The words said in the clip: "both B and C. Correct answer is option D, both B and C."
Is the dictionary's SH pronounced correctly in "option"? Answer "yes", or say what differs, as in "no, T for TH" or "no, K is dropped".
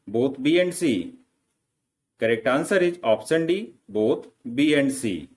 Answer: no, S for SH